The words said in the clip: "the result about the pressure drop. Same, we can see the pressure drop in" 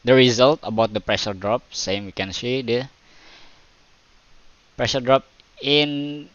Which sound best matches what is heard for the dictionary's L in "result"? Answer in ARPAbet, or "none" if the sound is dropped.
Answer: L